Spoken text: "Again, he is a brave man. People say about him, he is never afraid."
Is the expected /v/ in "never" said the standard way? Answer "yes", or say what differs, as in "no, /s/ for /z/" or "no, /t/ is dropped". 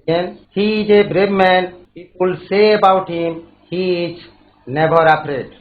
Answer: no, /b/ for /v/